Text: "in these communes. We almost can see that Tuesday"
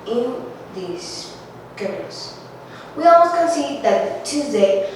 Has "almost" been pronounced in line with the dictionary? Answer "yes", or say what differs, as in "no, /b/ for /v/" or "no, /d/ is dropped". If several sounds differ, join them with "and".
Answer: no, /m/ is dropped